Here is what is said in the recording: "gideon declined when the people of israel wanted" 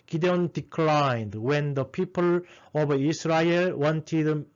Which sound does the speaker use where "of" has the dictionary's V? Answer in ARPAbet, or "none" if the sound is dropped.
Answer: B